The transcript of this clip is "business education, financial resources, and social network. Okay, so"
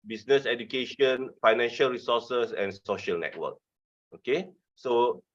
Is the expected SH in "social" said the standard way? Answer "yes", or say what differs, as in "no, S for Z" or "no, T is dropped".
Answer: yes